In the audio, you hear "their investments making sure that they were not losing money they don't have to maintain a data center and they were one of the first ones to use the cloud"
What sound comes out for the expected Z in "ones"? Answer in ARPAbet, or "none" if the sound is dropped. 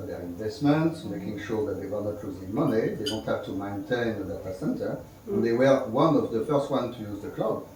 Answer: none